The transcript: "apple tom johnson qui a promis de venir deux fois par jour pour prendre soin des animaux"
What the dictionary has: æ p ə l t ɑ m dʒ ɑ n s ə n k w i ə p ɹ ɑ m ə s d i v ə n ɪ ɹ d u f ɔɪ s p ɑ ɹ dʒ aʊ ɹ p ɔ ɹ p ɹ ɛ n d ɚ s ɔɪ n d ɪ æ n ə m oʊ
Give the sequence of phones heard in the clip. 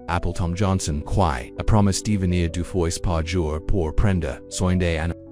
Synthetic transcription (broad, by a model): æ p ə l t ɑ m dʒ ɑ n s ə n k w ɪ ə p ɹ ɑ m ə s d i v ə n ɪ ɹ d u f ɔɪ s p ɑ ɹ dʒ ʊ ɹ p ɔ ɹ p ɹ ɛ n d ɚ s ɔɪ n d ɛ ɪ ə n